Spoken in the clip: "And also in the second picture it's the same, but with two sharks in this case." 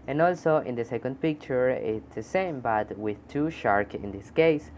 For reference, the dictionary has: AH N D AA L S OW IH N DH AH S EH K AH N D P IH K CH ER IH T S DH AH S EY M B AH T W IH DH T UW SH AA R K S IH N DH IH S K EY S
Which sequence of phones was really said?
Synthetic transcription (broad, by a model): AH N AA L S OW IH N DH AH S EH K AH N D P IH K CH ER IH T S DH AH S EY M B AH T W IH DH T UW SH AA R K IH N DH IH S K EY S